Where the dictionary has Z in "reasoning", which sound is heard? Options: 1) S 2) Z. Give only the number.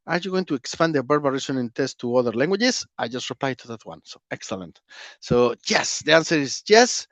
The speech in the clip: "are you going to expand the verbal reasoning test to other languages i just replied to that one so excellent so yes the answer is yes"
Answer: 1